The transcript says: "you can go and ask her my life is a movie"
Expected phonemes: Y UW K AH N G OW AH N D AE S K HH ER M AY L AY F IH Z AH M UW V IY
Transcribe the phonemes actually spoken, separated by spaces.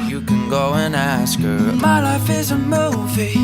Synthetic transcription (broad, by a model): Y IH K AH N G OW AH N AE S K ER M AY L AY F IH Z AH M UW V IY